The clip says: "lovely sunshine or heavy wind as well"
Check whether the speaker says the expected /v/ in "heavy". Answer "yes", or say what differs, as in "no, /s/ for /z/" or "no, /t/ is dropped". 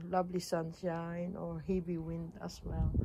no, /b/ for /v/